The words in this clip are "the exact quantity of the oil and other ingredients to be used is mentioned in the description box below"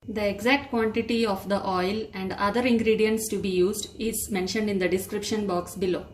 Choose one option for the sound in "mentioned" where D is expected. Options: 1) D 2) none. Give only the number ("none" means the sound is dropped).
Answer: 1